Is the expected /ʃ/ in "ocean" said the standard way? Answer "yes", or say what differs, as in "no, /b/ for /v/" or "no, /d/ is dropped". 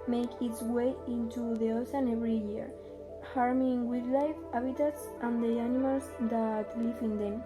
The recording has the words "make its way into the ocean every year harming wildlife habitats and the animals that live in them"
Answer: no, /s/ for /ʃ/